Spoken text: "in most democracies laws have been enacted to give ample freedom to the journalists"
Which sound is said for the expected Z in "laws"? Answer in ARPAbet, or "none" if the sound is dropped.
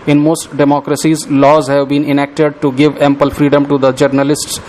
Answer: Z